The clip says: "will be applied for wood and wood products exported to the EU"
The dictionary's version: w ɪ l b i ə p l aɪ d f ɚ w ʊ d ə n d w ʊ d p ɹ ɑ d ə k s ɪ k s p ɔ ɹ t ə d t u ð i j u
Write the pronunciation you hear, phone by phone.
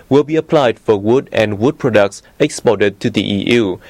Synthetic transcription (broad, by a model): w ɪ l b i ə p l aɪ d f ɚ w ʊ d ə n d w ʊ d p ɹ ɑ d ə k s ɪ k s p ɔ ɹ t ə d t u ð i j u